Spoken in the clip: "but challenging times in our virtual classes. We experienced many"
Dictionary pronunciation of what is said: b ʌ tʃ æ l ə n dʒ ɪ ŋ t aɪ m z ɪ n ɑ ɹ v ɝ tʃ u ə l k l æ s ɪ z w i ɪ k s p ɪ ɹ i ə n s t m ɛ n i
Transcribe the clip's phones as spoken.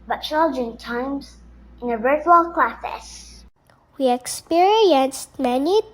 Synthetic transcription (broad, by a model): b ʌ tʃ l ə dʒ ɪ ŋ t aɪ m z ɪ n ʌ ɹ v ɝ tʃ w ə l k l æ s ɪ s w i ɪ k s p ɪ ɹ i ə n s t m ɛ n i